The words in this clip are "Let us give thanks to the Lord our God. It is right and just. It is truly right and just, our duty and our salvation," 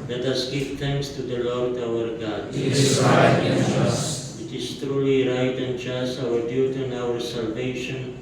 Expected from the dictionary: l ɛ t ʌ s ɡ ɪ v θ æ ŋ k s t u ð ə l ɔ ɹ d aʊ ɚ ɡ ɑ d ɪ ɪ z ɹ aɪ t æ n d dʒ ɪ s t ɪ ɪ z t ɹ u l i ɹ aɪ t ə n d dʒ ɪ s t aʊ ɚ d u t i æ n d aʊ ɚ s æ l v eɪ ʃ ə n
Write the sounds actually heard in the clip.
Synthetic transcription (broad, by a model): l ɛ t ʌ s ɡ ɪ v t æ ŋ k s t u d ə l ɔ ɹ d aʊ ɚ ɡ ɑ d ɪ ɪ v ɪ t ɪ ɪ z t ɹ u l i ɹ aɪ t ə n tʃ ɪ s aʊ ɚ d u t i n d aʊ ɚ s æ l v eɪ ʃ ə n